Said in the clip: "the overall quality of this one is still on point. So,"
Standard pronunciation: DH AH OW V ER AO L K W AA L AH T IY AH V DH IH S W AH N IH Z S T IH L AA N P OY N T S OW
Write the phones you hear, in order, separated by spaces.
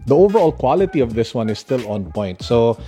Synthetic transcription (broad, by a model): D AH OW V ER AO L K W AA L AH T IY AH V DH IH S W AH N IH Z S T IH L AA N P OY N T S OW